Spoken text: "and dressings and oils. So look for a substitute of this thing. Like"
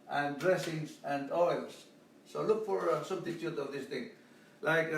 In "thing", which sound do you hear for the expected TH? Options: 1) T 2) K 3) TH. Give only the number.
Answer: 1